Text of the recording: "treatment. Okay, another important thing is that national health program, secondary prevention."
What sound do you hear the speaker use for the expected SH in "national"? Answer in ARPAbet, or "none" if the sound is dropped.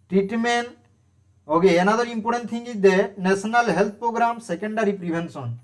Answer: S